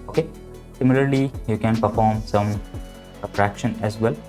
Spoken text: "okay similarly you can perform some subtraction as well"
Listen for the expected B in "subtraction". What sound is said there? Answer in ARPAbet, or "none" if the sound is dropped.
none